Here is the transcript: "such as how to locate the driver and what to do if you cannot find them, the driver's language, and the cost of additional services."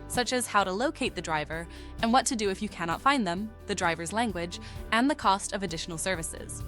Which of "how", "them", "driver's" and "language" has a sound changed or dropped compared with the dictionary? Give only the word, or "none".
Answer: none